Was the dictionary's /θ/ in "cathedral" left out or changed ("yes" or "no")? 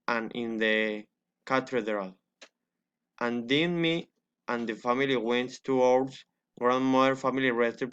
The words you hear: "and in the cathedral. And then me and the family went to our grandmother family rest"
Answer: yes